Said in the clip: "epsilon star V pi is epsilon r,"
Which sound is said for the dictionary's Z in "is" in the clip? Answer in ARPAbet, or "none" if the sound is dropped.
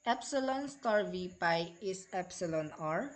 S